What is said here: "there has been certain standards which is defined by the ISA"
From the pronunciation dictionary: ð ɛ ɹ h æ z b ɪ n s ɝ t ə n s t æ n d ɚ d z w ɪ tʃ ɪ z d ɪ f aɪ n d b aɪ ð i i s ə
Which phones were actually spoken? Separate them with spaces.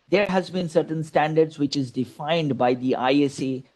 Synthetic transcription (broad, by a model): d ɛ ɹ h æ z b ɪ n s ɝ t ə n s t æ n d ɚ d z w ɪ tʃ ɪ z d ɪ f aɪ n d b aɪ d i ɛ s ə